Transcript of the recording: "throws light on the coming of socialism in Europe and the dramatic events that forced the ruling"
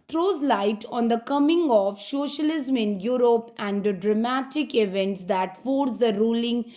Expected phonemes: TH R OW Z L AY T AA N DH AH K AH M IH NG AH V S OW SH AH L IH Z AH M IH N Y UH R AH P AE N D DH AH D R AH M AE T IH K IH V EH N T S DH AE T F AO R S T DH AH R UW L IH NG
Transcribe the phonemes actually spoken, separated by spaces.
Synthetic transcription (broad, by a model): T R OW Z L AY T AA N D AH K AH M IH NG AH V S OW SH AH L IH Z AH M IH N Y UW R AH P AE N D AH D R AH M AE T IH K IH V EH N T S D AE T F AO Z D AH R UW L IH NG